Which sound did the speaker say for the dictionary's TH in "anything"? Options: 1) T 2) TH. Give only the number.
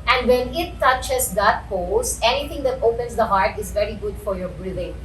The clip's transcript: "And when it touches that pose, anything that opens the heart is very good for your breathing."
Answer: 1